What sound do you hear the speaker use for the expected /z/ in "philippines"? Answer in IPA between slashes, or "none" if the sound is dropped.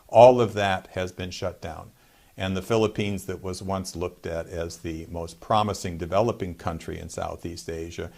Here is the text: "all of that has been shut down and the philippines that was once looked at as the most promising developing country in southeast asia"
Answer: /z/